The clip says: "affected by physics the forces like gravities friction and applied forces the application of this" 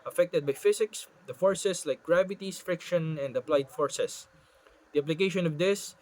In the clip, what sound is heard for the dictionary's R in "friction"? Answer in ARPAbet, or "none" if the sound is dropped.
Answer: R